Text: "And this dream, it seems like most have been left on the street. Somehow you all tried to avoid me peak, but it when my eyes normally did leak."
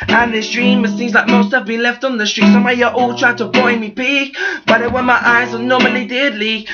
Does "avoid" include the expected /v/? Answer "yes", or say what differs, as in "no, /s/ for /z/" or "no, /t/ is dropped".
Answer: no, /b/ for /v/